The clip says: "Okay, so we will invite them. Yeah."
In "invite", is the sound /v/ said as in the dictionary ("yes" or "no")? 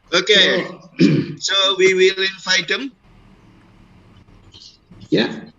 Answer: no